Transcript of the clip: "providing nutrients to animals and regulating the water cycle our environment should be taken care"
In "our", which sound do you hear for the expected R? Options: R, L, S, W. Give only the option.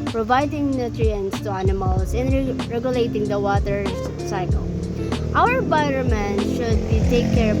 W